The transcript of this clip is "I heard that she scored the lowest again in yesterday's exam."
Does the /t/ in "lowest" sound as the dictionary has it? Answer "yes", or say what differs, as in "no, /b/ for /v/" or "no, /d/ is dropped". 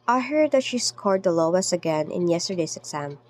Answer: no, /t/ is dropped